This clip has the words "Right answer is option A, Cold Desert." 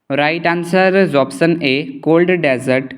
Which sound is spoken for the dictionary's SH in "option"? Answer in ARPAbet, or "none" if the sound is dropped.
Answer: S